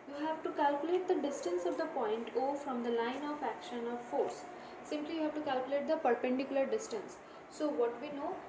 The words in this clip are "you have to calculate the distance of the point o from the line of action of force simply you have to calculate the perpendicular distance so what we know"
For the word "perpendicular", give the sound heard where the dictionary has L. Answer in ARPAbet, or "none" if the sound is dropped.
L